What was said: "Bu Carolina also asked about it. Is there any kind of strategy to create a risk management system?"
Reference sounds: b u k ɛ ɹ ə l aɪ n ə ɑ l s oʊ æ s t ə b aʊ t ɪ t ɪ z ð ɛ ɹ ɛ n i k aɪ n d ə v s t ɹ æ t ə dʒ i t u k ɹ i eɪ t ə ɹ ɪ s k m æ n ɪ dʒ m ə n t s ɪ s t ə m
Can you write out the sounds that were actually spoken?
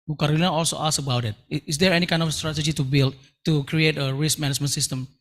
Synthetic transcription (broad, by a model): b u k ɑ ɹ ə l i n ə ɑ l s oʊ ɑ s ə b aʊ t ɪ t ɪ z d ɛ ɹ ɛ n i k aɪ n d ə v s t ɹ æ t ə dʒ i t u k ɹ i eɪ t ə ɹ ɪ s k m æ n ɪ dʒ m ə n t s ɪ s t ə m